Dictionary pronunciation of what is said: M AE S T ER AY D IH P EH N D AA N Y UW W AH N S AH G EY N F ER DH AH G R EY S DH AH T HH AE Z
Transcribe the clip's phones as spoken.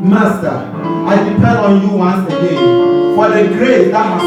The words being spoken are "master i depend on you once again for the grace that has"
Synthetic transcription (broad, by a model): M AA S T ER AY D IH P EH D AA N Y UW W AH N S AH G EY N F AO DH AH G R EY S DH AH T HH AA